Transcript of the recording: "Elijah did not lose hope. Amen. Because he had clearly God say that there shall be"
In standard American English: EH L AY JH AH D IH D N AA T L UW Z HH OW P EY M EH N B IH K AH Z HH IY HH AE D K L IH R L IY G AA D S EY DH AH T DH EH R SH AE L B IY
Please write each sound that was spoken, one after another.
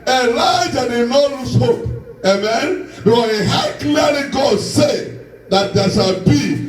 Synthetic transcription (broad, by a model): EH L AY JH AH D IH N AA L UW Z HH OW P EY M EH N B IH AH HH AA K L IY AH L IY G AA D S EY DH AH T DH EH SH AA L B IY